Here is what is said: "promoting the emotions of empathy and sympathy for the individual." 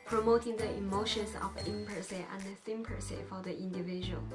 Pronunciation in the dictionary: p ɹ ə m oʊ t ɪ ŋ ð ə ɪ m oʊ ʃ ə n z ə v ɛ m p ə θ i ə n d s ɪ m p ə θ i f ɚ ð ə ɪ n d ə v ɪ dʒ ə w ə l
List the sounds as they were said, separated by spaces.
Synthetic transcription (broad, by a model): p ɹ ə m oʊ t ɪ ŋ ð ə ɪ m oʊ ʃ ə n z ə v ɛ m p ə s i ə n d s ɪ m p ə s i f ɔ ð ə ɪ n d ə v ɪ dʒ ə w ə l